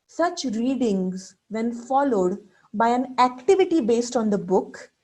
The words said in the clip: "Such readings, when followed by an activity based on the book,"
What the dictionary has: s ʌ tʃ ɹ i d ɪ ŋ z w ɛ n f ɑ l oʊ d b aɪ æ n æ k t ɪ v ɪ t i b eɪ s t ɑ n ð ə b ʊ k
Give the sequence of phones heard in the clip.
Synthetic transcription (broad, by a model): s ʌ tʃ ɹ i d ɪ ŋ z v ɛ n f ɑ l oʊ d b aɪ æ n æ k t ɪ v ɪ t i b eɪ s t ɑ n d ə b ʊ k